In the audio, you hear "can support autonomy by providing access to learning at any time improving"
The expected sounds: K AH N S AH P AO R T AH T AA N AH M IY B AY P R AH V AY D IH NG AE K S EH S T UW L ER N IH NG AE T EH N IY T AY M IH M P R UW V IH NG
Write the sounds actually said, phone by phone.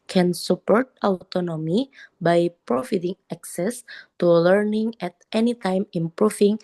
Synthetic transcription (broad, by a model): K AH N S AH P AO R T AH T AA N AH M IY B AY P R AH F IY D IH NG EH K S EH S T UW L ER N IH NG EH T EH N IY T AY M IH M P R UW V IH NG